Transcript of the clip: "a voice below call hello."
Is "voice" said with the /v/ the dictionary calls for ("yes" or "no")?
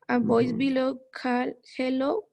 no